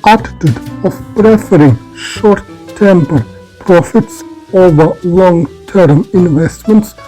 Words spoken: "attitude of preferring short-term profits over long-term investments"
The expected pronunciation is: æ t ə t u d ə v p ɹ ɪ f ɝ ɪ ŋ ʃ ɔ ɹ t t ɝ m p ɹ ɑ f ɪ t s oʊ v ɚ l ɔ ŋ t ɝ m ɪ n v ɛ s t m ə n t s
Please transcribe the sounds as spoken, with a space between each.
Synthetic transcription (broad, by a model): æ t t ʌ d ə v p ɹ ɪ f ɝ ɪ ŋ ʃ ɔ ɹ t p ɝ p ɹ ɑ f ɪ t s oʊ v ɚ l ɔ ŋ t ɝ m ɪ n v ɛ s t m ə n t s